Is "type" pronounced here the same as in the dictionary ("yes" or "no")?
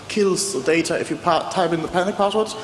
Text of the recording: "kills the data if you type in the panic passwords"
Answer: no